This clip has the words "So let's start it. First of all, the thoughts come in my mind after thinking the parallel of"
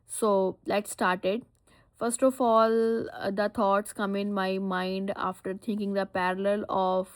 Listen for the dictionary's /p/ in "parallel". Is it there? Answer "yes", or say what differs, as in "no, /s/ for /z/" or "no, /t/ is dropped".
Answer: yes